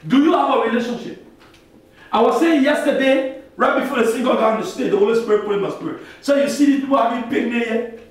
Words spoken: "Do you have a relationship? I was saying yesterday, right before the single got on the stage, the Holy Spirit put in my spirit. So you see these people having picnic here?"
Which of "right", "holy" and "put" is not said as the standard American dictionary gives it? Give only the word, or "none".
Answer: put